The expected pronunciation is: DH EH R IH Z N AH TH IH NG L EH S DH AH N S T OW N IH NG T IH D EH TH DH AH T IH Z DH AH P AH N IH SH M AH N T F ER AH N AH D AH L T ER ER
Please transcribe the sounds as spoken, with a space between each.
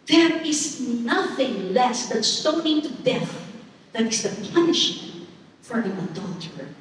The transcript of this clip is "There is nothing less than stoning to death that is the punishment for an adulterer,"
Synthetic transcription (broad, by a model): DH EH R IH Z N AH TH IH NG L EH S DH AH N S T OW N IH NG T IH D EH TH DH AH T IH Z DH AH P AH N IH SH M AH N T F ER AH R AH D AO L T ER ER